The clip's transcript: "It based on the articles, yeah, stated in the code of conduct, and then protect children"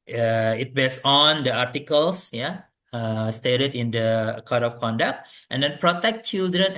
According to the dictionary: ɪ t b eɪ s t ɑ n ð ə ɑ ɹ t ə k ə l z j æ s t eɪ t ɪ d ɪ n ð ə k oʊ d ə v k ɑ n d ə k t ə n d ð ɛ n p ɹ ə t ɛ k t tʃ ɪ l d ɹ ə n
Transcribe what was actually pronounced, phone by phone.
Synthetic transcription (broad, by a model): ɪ t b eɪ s ɑ n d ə ɑ ɹ t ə k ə l s j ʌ s t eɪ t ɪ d ɪ n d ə k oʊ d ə f k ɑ n d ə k t ə n d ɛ n p ɹ ə t ɛ k t tʃ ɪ l d ɹ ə n